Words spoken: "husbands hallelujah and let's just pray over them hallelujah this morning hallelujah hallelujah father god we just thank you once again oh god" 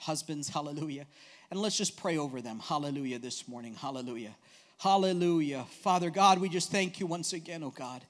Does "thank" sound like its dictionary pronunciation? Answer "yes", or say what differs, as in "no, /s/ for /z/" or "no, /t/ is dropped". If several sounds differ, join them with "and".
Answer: yes